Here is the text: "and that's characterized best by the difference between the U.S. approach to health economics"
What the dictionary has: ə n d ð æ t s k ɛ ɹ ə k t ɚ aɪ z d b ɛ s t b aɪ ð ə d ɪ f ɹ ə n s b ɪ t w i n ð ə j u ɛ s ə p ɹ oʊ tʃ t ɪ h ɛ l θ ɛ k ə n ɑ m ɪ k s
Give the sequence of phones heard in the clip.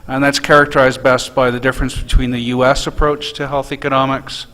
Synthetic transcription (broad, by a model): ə n ð æ t s k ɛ ɹ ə k t ɚ aɪ z b ɛ s t b aɪ ð ə d ɪ f ɹ ə n s b ɪ t w i n ð ə j u ɛ s ə p ɹ oʊ tʃ t ɪ h ɛ l θ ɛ k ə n ɑ m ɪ k s